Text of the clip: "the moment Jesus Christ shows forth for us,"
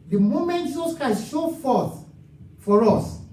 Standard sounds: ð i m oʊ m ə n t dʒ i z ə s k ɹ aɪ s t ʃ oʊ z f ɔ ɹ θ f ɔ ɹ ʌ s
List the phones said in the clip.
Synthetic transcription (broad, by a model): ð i m oʊ m ə n t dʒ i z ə s k ɹ aɪ s t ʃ oʊ f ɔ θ f ɔ ɹ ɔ s